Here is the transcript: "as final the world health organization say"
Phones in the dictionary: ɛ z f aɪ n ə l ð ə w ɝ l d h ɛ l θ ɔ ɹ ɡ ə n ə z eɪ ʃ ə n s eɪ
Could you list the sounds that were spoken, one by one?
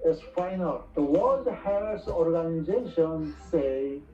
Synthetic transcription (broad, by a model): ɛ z f aɪ n ə l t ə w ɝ d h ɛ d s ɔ ɹ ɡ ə n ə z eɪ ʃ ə n s eɪ